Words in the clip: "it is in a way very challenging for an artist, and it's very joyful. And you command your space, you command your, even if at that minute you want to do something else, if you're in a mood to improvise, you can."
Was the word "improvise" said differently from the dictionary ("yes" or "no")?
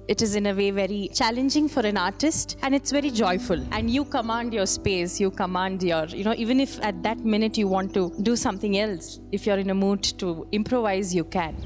no